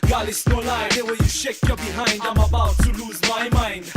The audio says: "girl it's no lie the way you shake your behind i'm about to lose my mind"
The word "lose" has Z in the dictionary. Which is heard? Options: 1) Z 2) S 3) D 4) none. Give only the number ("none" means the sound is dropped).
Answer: 1